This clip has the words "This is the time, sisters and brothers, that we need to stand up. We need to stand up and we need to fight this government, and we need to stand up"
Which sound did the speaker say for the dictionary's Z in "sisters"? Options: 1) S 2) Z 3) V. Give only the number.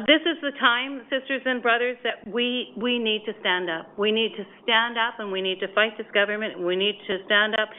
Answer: 2